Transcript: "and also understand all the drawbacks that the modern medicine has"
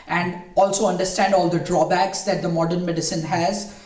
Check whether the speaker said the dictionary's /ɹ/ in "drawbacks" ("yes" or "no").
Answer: yes